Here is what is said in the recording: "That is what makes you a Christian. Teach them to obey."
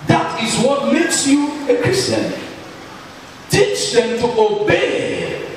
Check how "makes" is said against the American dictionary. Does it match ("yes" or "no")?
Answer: yes